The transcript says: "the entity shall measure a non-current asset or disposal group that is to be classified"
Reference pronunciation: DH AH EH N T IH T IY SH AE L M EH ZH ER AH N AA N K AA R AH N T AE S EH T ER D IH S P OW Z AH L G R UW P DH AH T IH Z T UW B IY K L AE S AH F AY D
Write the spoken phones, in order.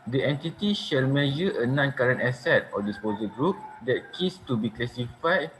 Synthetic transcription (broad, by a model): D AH EH N T IH T IY SH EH L M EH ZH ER AH N AA N K AA R AH N T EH S EH T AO D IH S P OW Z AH G R UW P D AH T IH S T UW B IY K L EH S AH F AY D